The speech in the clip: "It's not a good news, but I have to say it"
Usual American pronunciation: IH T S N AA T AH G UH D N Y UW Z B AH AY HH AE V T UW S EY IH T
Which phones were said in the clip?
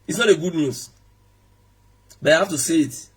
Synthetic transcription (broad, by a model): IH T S N AA T AH G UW D N Y UW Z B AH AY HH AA F T UW S EY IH T